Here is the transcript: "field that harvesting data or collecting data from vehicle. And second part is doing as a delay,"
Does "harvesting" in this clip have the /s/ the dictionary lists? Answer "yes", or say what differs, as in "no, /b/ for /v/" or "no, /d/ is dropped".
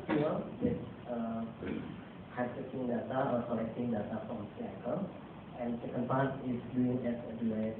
no, /s/ is dropped